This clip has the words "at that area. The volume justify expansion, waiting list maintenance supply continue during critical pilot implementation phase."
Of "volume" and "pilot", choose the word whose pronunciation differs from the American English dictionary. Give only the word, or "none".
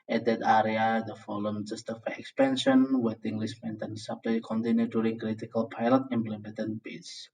volume